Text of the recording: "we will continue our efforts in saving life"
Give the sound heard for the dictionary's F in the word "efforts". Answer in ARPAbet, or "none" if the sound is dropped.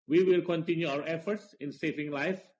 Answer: F